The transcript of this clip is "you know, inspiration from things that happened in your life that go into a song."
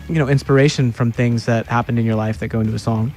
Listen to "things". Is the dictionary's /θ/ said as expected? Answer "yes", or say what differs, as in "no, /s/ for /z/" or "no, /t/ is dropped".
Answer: yes